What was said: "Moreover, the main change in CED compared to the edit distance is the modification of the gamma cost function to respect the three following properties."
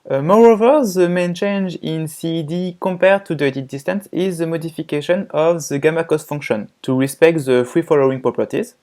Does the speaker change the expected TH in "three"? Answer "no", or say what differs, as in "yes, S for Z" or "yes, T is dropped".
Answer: yes, F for TH